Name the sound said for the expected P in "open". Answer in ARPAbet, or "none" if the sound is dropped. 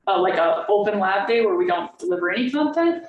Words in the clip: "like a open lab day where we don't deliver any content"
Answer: P